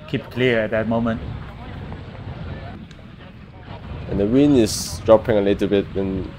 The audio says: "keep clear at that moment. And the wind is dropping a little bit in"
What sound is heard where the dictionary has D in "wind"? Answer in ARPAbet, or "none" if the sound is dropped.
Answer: none